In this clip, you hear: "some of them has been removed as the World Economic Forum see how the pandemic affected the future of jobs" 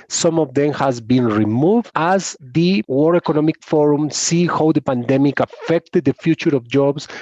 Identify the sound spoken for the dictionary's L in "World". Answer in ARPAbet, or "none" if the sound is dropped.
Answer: none